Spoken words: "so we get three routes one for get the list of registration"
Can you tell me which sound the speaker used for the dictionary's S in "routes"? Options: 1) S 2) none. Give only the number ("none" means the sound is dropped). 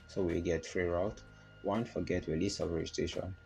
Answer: 2